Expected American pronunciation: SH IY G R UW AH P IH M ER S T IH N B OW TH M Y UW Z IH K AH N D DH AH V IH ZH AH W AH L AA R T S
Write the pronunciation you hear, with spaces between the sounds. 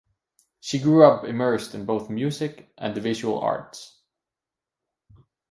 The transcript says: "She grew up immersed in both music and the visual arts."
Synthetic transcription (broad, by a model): SH IY G R UW AH P IH M ER S T IH N B OW TH M Y UW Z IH K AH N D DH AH V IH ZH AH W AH L AA R T S